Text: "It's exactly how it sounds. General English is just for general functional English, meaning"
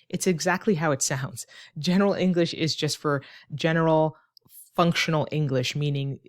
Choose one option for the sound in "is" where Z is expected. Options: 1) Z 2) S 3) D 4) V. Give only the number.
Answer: 1